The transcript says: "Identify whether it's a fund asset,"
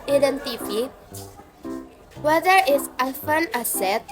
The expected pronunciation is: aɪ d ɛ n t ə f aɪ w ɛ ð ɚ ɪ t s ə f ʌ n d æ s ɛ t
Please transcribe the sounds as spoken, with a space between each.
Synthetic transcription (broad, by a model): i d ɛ n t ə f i w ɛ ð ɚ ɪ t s ə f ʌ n ɑ s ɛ t